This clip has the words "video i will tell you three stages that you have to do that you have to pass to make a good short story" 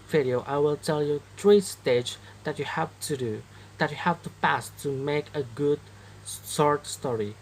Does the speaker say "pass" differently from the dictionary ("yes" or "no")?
no